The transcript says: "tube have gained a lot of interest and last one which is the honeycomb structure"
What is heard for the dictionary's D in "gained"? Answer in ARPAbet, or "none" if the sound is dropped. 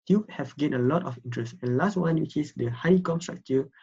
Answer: none